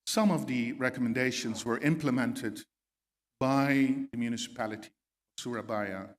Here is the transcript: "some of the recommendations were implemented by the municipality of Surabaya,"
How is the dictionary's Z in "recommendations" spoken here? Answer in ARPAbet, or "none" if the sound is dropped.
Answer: Z